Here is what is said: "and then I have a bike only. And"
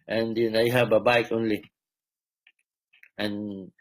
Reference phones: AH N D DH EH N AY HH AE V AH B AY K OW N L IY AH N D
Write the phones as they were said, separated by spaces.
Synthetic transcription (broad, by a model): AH N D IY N AY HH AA B AH B AY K OW N L IY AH N